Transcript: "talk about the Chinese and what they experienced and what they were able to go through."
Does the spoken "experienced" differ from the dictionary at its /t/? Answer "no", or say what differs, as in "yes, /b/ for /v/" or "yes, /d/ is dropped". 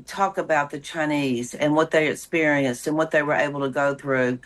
no